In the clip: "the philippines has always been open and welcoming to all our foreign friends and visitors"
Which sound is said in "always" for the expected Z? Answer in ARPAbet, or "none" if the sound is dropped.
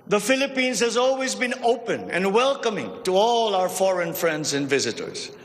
Z